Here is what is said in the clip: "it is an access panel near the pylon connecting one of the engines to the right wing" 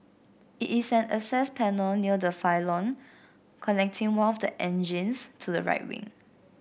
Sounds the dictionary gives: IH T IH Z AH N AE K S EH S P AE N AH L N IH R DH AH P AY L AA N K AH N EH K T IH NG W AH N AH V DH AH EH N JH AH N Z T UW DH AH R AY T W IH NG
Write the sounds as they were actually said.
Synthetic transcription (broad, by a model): IH T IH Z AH N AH S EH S P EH N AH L N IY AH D AH F AY L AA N K AH N EH K T IH NG W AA N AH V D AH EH N JH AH N S T UW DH AH R AY T W IH NG